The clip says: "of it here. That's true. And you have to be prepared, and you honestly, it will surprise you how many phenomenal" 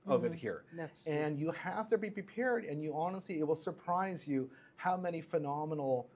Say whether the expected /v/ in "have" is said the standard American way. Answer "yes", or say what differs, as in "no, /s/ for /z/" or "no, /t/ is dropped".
no, /f/ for /v/